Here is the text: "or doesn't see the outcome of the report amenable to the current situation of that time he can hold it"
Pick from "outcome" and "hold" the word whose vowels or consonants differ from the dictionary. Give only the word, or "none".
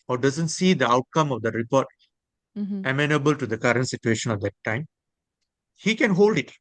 none